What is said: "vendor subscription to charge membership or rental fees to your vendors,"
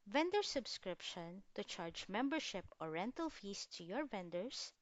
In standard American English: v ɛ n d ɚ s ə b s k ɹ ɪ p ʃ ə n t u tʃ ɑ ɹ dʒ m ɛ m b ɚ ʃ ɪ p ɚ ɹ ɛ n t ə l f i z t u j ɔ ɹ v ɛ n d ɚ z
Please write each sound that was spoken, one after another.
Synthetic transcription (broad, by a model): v ɛ n d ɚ s ə b s k ɹ ɪ p ʃ ə n t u tʃ ɑ ɹ dʒ m ɛ m b ɚ ʃ ɪ p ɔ ɹ ɛ n t ə l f i s t u j ɔ ɹ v ɛ n d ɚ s